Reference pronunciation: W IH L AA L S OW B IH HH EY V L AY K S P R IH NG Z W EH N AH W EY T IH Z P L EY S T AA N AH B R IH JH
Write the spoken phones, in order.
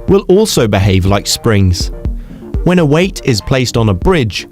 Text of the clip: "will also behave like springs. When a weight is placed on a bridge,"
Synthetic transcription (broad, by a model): W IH L AA L S OW B IH HH EY V L AY K S P R IH NG Z W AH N AH W EY T IH Z P L EY S T N AH B R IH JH